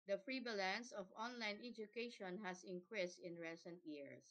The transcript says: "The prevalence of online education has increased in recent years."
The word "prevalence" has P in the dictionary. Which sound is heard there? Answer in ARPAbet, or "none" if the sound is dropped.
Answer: F